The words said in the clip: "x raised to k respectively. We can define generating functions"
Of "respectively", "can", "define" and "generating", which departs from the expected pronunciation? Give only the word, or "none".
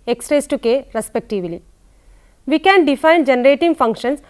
none